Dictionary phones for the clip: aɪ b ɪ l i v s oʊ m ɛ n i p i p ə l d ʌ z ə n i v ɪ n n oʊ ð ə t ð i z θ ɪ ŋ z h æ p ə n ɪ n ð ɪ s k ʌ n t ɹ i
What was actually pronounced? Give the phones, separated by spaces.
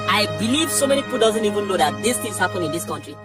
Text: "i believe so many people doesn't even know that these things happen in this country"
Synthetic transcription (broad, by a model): aɪ b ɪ l i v s oʊ m ɛ n i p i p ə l d ʌ z ə n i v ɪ n l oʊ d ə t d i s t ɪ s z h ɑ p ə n ɪ n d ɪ s k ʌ n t ɹ i